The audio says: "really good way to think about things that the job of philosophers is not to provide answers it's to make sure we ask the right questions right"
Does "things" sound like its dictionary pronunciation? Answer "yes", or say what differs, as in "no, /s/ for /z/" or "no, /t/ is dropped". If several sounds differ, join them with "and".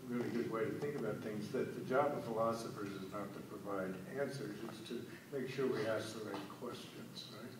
yes